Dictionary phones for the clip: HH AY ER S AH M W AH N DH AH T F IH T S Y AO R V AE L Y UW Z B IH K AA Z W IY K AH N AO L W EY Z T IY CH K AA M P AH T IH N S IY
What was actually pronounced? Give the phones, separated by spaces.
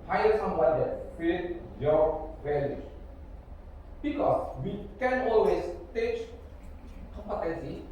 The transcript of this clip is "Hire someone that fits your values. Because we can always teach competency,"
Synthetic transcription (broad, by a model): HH AY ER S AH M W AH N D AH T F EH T Y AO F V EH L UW B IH K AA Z W IY K AH N AO L W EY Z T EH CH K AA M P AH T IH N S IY